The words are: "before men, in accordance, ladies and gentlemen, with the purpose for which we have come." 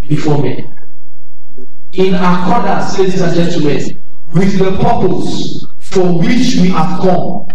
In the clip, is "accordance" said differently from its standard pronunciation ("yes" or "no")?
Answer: yes